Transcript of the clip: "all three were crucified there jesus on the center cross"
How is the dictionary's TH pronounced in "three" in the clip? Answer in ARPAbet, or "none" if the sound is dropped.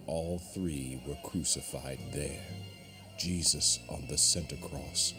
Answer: TH